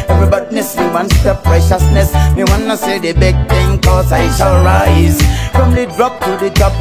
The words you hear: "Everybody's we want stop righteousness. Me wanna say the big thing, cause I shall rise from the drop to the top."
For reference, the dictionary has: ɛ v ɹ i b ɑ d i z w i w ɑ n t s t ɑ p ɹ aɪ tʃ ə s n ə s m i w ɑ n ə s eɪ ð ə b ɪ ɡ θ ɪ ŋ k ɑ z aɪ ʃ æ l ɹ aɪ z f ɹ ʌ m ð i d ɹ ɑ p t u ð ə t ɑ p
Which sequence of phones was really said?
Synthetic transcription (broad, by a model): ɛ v ɹ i b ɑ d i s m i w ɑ n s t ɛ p ɹ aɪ ʃ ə s n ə s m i w ɑ n ə s eɪ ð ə b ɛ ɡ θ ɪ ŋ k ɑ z aɪ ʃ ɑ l ɹ aɪ z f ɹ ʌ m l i d ɹ ɑ p t u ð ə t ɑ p